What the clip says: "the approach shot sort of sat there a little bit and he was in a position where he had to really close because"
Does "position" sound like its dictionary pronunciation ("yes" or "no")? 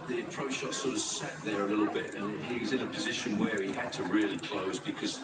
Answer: yes